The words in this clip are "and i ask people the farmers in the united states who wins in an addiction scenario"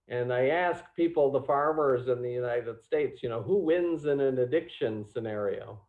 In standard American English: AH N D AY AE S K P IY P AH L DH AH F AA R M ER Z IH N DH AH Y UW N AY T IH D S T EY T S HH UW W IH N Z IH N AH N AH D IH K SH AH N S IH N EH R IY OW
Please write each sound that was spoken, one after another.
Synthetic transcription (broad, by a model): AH N AY AE S K P IY P L DH AH F AA R M ER Z IH N DH AH Y UW N AY T IH D S T EY T S HH UW W IH N Z IH N AH N AH D IH K SH AH N S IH N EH R IY OW